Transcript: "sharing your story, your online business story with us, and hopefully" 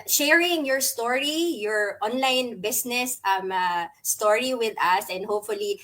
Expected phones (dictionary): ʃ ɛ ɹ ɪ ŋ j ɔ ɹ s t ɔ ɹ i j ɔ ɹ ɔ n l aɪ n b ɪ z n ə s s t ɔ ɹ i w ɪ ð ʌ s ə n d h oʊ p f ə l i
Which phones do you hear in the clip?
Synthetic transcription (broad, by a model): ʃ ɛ ɹ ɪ ŋ j ɔ ɹ s t ɔ ɹ i j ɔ ɹ ɔ n l aɪ n b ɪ s n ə s s t ɔ ɹ i w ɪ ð ʌ s ə n d h oʊ p f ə l i